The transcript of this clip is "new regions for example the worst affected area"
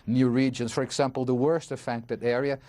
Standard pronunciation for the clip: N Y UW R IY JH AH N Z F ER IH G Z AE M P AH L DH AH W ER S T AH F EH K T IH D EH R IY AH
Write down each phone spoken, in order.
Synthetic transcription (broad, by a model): N Y UW R IY JH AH N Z F ER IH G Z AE M P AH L DH AH W ER S T AH F EH K T IH D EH R IY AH